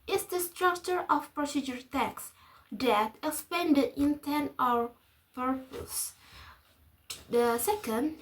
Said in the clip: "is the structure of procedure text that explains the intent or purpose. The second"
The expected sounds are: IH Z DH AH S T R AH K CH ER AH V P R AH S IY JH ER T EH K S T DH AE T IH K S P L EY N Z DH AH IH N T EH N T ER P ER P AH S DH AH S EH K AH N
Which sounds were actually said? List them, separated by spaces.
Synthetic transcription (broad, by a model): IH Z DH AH S T R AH K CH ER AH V P R AH S IY JH ER T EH K S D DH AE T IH K S P EY N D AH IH N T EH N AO ER P ER P AH S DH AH S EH K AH N